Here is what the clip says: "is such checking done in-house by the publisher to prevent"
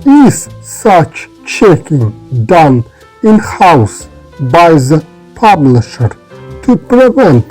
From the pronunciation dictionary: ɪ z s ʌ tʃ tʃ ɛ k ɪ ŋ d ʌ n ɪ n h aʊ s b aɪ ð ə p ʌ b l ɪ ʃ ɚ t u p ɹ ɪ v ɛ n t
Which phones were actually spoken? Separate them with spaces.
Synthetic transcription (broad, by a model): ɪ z s ʌ tʃ tʃ ɛ k ɪ ŋ d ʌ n ɪ n h aʊ s b aɪ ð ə p ʌ b l ɪ ʃ ɚ t u p ɹ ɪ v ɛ n t